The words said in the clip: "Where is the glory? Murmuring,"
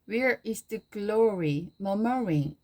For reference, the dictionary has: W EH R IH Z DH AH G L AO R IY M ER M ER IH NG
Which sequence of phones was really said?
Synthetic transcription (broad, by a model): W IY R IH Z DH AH G L AO R IY M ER M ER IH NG